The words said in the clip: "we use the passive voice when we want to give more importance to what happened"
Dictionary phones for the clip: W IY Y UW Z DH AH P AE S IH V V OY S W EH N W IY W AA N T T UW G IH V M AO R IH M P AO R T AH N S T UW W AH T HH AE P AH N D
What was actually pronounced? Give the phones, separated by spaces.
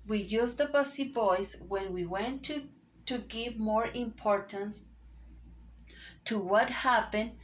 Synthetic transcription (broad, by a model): W IY Y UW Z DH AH B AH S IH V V OY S W EH N W IY W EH N T T UW G IH V M AO R IH M P AO R T AH N S T UW W AH T HH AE P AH N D